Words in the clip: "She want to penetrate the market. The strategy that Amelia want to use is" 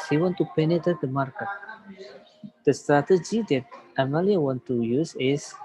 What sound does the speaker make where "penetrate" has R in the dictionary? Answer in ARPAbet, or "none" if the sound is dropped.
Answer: none